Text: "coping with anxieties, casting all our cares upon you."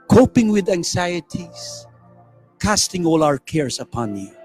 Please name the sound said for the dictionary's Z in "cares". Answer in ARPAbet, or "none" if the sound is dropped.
S